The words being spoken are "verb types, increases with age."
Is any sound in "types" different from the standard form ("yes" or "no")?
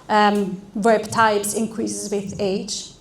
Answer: yes